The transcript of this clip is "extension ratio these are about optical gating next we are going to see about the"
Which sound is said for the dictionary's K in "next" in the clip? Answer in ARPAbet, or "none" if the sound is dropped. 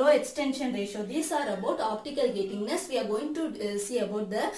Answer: none